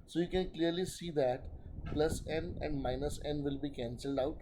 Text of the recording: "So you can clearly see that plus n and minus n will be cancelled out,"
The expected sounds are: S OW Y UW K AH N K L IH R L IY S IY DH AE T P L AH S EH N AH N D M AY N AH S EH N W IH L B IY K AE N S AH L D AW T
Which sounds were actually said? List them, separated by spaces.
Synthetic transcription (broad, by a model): S OW Y UW K AH N K L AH R L IY S IY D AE T P L AH S EH N AH N D M AY N AH S EH N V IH L B IY K AE N S AH L D AW T